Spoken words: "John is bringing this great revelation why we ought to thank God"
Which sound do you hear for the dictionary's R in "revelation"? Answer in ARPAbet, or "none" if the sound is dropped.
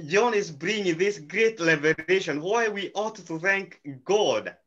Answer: L